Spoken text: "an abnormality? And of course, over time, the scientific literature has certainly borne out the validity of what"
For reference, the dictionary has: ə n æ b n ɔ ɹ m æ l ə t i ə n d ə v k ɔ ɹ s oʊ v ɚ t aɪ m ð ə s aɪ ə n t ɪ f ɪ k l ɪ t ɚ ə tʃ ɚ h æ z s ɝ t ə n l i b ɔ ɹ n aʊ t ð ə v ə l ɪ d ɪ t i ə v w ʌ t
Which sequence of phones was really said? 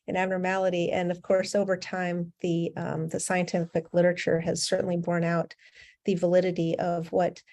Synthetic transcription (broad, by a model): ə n æ b n ɔ ɹ m æ l ə t i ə n ə v k ɔ ɹ s oʊ v ɚ t aɪ m ð ə s aɪ ə n t ɪ f ɪ k l ɪ t ɚ ə tʃ ɚ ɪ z s ɝ t n l i b ɔ ɹ n aʊ t ð ə v ə l ɪ d ɪ t i ə v w ʌ t